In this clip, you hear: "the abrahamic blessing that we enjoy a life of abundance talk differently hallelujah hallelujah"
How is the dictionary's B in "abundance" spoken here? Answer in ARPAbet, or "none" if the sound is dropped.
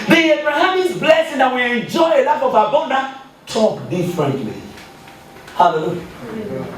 none